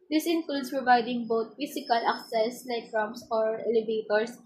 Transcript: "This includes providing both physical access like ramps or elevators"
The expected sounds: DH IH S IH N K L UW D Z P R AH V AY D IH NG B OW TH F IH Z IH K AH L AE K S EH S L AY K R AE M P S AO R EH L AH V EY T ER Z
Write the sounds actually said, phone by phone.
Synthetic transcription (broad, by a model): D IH S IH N K L UW D S P R AH V AY D IH NG B OW T F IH S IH K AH L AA K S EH S L AY K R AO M S AO R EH L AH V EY T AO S